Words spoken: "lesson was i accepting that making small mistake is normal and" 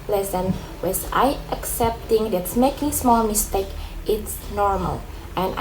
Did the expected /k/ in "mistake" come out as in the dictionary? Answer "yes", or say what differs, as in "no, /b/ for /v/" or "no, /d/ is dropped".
yes